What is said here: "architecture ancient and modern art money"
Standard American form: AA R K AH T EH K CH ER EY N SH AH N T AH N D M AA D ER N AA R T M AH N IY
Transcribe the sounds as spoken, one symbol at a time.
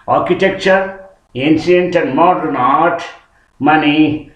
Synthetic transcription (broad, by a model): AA R K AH T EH K CH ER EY N S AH N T AH N D M AA D ER N AA R T M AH N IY